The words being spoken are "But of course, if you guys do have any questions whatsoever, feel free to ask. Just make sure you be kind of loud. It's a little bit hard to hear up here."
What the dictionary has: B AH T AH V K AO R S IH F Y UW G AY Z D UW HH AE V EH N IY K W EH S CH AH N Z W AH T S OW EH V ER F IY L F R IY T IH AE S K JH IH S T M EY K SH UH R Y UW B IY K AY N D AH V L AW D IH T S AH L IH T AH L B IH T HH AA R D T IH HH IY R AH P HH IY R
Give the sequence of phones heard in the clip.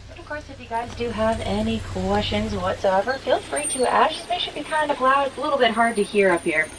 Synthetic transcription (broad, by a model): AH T AH V K AO R S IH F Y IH G AY Z D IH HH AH V EH N IY K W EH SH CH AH N Z W AH T S OW EH V ER F IY L F R IY T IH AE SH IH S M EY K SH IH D B IY K AY N D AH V L AW D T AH L IH T L B IH T HH AA R D T IH HH IY R AH P HH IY R